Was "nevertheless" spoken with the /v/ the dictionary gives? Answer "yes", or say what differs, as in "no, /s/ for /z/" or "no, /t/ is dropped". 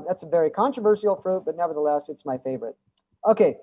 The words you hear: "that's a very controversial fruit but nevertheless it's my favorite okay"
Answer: yes